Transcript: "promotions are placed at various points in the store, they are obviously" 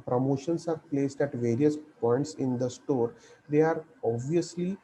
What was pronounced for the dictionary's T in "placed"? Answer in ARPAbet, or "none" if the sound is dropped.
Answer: T